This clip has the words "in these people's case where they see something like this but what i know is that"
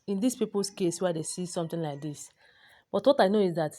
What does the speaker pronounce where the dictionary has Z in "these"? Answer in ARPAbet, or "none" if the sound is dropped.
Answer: S